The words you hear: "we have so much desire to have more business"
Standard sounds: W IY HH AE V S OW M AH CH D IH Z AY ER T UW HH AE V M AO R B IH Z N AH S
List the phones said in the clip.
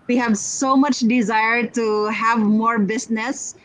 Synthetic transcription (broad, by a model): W IY HH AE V S OW M AH CH D IH Z AY ER T UW HH AE V M AO R B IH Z N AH S